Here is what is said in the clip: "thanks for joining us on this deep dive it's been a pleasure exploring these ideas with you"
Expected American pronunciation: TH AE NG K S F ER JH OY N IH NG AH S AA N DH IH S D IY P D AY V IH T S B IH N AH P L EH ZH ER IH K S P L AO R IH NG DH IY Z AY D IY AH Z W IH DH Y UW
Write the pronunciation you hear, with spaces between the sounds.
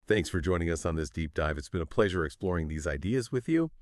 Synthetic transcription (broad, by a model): TH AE NG K S F ER JH OY N IH NG AH S N DH IH S D IY P D AY V IH T S B IH N AH P L EH ZH ER IH K S P L AO R IH NG DH IY Z AY D IY AH Z W IH DH Y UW